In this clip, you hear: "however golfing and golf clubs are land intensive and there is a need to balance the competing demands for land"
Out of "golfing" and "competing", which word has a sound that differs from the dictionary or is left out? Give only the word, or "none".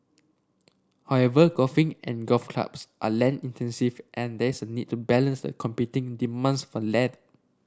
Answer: golfing